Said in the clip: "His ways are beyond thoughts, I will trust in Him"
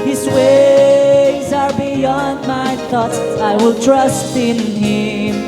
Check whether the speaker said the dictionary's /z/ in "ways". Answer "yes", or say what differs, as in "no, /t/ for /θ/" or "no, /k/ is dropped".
yes